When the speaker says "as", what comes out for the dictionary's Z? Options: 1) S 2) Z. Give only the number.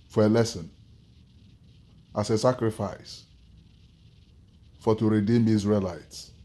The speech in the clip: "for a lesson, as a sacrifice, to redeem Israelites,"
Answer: 1